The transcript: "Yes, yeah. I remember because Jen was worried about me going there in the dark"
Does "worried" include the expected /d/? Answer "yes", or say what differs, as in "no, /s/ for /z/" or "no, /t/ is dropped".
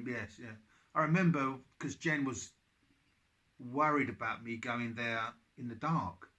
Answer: yes